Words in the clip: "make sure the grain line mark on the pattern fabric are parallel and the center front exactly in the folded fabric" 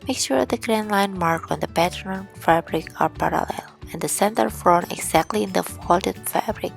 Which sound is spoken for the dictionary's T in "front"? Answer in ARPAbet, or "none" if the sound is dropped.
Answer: none